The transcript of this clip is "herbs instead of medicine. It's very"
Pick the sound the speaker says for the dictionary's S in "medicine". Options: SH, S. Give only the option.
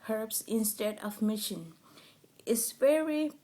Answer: SH